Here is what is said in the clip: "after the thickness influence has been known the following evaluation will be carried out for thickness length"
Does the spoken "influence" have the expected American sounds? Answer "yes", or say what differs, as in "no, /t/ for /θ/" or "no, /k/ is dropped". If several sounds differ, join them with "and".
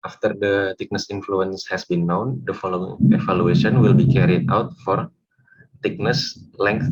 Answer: yes